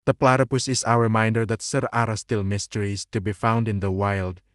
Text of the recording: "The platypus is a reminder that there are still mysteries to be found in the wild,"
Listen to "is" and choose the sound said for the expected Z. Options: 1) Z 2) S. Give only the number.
2